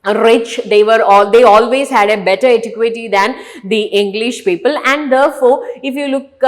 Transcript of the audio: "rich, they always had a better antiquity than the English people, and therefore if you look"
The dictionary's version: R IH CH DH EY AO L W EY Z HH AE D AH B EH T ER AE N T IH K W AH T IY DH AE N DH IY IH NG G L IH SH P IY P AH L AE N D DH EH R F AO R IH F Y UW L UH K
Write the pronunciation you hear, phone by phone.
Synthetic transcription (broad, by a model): R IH CH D EY AO L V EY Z HH AE D AH B EH T ER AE T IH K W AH T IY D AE N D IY IH NG G L IH SH P IY P AH L AE N D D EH R F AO R IH F Y UW L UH K